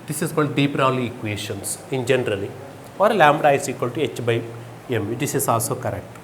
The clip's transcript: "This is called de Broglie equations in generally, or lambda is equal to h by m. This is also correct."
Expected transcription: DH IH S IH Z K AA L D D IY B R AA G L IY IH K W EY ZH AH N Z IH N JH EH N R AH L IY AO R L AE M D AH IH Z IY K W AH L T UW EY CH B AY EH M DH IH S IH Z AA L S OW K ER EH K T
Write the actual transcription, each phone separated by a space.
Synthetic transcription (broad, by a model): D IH S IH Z K AA L D D IY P R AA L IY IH K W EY SH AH N S IH N JH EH N R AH L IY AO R L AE M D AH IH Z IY K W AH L T UW EY CH B AY EH M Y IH S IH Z AA L S OW K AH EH K T